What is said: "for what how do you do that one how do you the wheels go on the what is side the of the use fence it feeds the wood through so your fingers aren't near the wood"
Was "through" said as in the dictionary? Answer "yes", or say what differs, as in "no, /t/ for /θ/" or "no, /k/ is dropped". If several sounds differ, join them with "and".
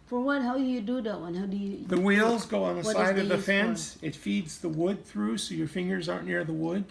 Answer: yes